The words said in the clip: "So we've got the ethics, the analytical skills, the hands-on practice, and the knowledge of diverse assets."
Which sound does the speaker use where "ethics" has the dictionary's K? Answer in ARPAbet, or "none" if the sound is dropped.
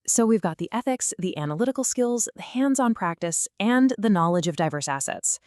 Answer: K